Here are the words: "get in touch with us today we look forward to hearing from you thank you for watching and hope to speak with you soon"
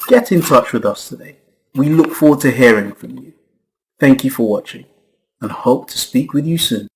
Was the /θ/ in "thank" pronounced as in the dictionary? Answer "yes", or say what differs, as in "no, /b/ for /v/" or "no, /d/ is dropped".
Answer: yes